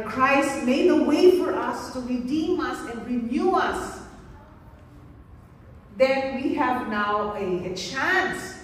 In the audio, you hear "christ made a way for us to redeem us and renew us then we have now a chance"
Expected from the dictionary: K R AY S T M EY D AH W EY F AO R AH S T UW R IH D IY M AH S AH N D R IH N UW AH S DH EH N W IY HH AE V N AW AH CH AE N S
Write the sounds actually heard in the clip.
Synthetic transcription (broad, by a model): K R AY S T M EY D AH W EY F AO R AH S T UW R IH D IY M AH S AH N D R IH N UW AH S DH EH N W IY HH AE V N AW AH CH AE N S